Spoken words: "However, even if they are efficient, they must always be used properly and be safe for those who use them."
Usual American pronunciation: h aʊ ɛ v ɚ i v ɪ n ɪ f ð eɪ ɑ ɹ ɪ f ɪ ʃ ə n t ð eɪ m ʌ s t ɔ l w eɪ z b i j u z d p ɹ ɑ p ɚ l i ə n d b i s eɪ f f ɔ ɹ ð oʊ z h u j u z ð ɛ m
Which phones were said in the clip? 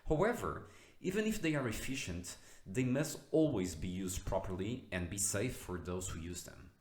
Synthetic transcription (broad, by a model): h aʊ ɛ v ɚ i v ɪ n ɪ f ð eɪ ɑ ɹ ɪ f ɪ ʃ ə n t ð eɪ m ʌ s t ɔ l w eɪ z b i j u z d p ɹ ɑ p ɚ l i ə n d b i s eɪ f f ɔ ɹ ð oʊ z h u j u z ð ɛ m